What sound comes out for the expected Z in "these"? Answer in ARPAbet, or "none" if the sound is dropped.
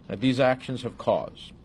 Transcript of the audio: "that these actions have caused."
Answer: Z